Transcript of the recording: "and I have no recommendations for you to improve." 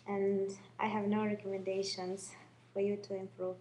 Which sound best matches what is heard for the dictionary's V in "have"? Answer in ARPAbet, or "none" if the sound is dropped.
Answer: V